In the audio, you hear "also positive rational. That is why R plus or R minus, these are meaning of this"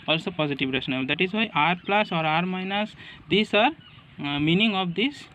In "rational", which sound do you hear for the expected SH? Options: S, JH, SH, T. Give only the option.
S